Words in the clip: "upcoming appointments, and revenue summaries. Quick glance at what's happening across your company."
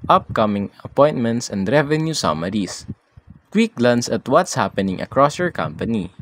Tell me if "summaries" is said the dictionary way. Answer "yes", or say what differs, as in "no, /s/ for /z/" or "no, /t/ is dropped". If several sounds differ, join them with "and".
no, /s/ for /z/